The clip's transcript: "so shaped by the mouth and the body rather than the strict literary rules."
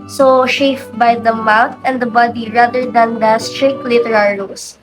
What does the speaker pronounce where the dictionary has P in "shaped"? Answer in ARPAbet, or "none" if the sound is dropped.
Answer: F